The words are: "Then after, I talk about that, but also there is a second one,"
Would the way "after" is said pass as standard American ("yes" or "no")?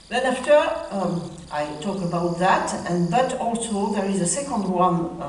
yes